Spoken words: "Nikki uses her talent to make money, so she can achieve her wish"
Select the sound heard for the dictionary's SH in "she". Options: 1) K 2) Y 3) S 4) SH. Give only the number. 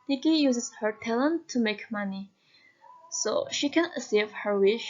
4